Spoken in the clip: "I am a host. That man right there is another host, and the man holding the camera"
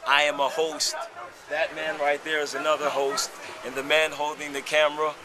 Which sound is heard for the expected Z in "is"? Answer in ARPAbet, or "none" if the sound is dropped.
Z